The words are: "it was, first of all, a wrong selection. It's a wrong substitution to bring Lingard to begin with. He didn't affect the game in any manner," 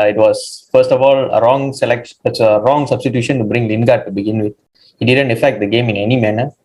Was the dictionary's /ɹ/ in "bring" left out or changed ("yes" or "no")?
no